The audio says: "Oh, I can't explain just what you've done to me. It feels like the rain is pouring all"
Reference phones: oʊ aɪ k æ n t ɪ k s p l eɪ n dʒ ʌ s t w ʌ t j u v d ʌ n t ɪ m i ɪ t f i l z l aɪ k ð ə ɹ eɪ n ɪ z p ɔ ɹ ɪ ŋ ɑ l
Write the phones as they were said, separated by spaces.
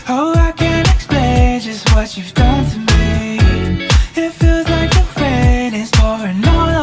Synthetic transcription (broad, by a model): oʊ aɪ k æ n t ɪ k s p l eɪ n dʒ ʌ s t w ʌ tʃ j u v d ʌ n t ɪ m i ɪ t f i l z l aɪ k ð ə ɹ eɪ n ɪ z f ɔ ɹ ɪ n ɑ